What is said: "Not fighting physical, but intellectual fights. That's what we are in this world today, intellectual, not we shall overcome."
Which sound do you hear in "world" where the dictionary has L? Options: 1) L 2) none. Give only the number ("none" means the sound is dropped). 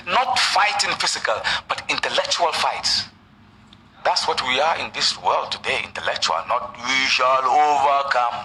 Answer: 1